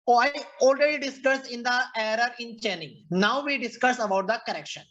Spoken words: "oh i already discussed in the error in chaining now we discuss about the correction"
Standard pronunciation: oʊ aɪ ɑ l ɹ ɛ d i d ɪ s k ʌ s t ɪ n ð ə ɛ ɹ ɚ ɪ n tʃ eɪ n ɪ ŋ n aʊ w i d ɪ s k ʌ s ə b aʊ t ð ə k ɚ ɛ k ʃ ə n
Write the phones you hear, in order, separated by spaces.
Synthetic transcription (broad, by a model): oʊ aɪ ɑ l ɹ ɛ d i d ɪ s k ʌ s ɪ n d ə ɛ ɹ ɚ ɪ n tʃ eɪ n ɪ ŋ n aʊ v i d ɪ s k ʌ s ə b aʊ t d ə k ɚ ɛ k ʃ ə n